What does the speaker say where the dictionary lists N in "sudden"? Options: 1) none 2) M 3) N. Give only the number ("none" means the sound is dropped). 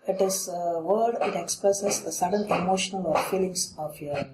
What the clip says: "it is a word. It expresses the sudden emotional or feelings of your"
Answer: 3